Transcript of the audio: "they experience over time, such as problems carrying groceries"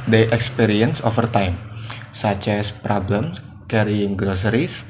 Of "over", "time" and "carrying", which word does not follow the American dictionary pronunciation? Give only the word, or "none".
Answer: over